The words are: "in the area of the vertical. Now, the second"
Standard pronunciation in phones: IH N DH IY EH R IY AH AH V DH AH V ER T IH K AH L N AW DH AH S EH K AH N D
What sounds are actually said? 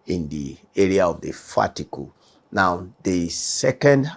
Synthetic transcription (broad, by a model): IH N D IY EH R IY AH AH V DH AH F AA T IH K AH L N AW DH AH S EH K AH N D